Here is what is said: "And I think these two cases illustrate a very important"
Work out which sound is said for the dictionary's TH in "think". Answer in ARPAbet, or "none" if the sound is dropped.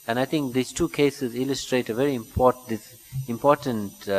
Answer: T